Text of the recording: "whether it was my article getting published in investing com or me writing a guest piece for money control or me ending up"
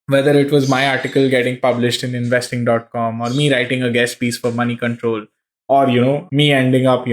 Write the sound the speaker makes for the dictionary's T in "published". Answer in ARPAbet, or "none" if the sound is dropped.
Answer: T